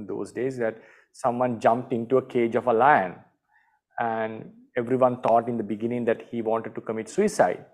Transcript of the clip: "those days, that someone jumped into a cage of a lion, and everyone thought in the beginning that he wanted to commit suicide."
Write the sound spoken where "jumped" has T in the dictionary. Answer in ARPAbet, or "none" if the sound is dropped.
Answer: T